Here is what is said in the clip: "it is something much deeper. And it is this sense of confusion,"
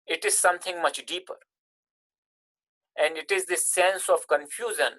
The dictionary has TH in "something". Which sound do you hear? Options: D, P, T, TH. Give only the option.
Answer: T